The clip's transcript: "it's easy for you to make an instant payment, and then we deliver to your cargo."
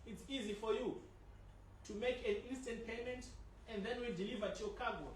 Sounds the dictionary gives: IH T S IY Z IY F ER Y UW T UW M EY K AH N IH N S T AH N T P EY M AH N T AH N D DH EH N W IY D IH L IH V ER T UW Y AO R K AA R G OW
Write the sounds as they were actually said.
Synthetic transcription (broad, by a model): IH T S IY Z IY F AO Y UW T UW M EY K AH N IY N S T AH N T P EY M AH N T AH N D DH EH N W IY D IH L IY V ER T UW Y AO K AA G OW